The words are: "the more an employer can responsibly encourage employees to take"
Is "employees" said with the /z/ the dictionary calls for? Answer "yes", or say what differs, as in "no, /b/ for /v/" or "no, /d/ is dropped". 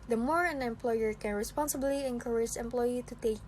no, /z/ is dropped